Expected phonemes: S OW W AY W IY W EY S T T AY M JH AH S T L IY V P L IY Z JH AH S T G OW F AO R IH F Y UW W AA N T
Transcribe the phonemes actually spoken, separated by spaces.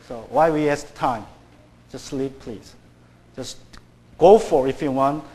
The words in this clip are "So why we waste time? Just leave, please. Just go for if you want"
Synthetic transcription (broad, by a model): S OW W AY W IY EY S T T AY M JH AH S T L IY P P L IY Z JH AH S G OW F AO R IH F Y UW W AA N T